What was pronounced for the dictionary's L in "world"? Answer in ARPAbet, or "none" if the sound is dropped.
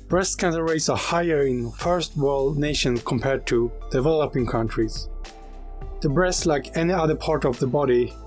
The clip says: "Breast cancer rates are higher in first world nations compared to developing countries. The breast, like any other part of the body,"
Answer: L